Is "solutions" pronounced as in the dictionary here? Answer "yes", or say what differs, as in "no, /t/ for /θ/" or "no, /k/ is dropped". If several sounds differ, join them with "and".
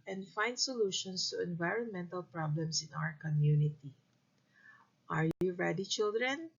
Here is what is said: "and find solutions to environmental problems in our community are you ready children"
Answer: no, /s/ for /z/